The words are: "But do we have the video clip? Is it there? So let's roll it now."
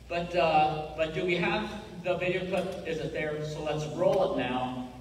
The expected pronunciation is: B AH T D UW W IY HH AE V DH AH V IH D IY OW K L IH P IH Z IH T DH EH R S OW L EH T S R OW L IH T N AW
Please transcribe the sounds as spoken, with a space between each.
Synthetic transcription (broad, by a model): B AH T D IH W IY HH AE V DH AH V IH D IY OW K UH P IH Z IH T DH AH R S OW L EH T S R OW L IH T N AW